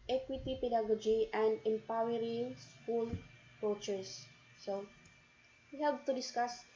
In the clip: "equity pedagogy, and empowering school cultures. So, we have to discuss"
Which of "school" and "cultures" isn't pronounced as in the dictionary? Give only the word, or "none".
cultures